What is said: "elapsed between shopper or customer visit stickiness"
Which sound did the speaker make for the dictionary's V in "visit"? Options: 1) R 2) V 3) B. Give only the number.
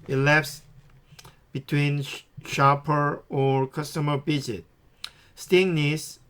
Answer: 3